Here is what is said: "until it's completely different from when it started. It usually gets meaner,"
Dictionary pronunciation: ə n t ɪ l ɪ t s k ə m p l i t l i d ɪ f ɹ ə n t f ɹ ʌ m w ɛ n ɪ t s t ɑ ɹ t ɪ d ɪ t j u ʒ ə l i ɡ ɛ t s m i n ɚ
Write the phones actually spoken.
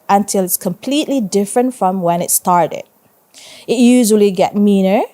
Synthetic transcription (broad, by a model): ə n t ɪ l ɪ t s k ə m p l i t l i d ɪ f ɹ ə n t f ɹ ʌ m w ɛ n ɪ t s t ɑ ɹ t ɪ d ɪ t j u ʒ ə l i ɡ ɛ t m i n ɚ